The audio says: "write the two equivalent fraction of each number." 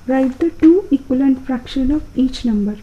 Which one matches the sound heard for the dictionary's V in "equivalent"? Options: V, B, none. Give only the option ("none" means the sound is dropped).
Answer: none